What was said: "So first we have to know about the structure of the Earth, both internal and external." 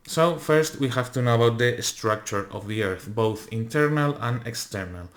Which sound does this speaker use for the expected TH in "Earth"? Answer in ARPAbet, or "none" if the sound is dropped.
TH